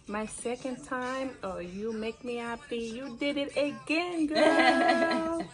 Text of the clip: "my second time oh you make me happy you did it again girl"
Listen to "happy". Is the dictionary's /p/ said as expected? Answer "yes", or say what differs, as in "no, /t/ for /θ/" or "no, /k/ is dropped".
no, /b/ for /p/